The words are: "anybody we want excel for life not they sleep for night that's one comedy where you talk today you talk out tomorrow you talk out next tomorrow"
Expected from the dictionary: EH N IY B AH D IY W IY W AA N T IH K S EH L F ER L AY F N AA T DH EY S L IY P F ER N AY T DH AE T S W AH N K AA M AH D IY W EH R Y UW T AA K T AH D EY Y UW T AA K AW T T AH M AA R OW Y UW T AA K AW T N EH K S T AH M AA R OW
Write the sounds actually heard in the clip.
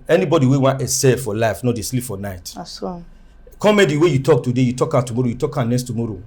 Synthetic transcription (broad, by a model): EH N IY B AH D IY W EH W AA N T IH S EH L F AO L AY F N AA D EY S L IY P F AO N AY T T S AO K AA M AH D IY W EH Y UW T AA K T AH D EY Y UW T AA K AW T T AH M AA R OW Y UW T AA K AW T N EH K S T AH M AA R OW